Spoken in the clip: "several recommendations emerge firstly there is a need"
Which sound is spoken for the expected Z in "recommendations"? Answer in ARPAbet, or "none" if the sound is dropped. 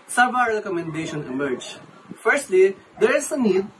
none